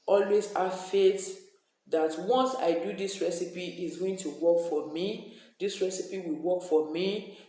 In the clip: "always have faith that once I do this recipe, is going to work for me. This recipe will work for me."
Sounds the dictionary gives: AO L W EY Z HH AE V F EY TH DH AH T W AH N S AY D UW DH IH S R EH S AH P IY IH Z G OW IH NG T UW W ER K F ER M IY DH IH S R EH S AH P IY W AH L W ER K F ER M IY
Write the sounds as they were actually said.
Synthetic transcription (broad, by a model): AO L W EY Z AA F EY T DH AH T W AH N S AY D UW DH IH S R EH S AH P IY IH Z G OW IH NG T UW W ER K F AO M IY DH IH S R EH S AH P IY W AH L W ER K F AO M IY